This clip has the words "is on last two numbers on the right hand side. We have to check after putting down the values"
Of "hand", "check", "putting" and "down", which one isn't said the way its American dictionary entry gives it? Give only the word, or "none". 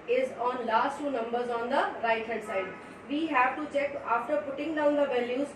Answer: hand